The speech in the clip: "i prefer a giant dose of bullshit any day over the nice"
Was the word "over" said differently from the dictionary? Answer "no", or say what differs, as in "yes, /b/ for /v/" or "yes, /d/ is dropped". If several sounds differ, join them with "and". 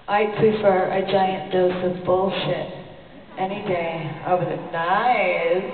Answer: yes, /w/ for /v/